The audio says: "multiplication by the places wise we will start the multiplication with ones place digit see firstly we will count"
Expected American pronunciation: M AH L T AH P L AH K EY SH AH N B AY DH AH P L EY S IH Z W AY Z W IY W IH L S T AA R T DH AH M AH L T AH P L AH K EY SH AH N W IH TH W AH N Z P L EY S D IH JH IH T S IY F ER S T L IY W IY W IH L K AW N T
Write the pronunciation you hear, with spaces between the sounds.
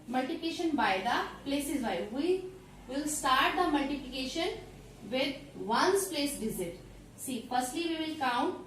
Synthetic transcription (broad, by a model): M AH L T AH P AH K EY SH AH N B AY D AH P L EY S IH Z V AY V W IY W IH L S T AA R T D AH M AH L T AH P L AH K EY SH AH N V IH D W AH N S P L EY S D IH Z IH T S IY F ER S T L IY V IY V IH L K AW N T